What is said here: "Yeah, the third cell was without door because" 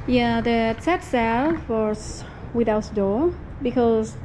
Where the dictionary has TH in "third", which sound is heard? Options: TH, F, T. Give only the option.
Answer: T